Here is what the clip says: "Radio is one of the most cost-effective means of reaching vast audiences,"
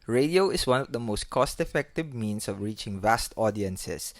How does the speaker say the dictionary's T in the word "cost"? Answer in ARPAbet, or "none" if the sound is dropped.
T